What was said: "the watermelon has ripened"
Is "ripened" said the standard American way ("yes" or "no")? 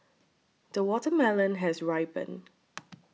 no